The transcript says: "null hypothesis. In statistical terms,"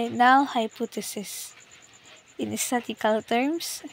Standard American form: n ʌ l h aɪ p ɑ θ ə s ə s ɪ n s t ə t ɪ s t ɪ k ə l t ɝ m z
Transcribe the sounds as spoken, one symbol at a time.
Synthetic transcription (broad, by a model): n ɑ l h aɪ p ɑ t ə s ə s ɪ n s t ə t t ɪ k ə l t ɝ m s